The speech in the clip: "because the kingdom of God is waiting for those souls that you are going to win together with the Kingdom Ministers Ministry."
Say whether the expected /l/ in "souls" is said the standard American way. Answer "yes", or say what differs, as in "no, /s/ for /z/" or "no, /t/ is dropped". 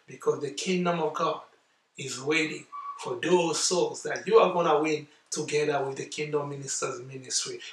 no, /l/ is dropped